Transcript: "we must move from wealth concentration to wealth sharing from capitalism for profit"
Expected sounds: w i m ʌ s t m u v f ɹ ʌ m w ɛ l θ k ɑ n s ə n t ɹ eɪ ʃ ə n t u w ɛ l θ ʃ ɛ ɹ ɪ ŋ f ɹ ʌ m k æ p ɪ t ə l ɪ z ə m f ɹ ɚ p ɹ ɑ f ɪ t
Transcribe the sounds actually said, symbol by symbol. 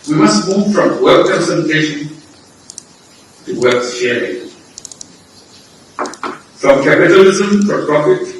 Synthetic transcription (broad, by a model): w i m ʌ s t m u v f ɹ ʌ m w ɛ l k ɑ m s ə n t eɪ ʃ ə n t u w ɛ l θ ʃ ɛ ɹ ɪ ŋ f ɹ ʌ m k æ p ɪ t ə l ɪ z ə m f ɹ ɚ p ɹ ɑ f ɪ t